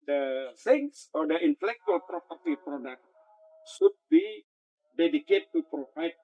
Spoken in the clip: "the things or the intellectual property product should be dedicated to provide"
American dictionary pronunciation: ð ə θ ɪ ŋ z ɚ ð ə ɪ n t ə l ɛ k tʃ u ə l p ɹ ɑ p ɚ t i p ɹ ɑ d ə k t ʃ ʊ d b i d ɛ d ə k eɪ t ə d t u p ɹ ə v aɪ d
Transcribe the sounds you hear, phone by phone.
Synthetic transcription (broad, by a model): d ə s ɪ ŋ s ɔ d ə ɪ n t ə l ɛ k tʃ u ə l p ɹ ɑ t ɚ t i p ɹ ɑ d ə k t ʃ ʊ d b i d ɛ d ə k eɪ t t u p ɹ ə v aɪ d